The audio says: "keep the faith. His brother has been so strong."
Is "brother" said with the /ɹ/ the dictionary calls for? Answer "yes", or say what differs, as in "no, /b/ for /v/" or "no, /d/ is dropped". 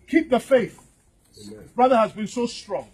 yes